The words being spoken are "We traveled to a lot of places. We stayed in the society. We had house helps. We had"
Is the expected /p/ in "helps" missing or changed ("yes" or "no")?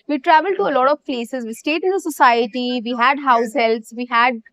yes